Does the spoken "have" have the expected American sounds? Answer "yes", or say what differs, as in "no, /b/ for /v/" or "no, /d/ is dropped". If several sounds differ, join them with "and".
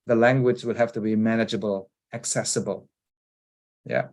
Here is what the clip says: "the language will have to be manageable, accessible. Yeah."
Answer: no, /f/ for /v/